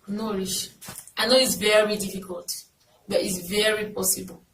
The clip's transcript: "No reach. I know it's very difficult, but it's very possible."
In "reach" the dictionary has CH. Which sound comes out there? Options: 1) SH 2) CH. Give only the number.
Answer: 1